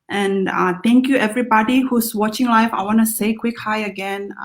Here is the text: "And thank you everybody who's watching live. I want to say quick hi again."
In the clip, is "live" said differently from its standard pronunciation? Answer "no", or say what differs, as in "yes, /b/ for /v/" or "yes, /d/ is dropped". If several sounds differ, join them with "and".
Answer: yes, /f/ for /v/